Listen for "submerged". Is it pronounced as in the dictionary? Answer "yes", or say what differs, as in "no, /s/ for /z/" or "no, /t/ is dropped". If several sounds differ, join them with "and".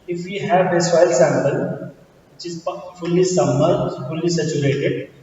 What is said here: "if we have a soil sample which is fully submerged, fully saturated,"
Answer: no, /b/ is dropped and /dʒ/ is dropped